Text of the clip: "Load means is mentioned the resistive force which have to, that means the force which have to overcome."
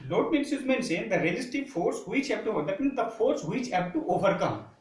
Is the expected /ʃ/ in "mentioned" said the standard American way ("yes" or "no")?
no